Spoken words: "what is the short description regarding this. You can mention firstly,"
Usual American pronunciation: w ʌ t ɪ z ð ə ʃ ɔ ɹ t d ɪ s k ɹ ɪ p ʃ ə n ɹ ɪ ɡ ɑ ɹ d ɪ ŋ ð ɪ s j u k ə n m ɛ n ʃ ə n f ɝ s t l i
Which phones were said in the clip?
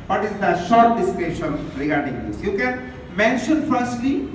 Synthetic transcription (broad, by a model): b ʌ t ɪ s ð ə ʃ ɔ ɹ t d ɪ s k ɛ ʃ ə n ɹ ɪ ɡ ɑ ɹ d ɪ ŋ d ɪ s j u k ə n m ɛ n ʃ ə n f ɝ s t l i